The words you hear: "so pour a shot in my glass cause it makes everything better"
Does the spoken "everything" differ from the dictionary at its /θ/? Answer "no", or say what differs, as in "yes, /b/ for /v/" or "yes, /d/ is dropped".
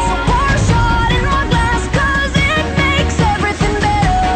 no